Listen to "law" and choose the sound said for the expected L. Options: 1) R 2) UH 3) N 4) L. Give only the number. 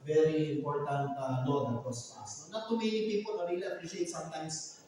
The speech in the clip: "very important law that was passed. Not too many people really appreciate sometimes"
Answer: 3